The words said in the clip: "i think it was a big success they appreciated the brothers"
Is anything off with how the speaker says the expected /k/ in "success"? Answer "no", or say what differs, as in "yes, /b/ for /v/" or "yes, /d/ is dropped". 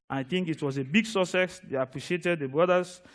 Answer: yes, /k/ is dropped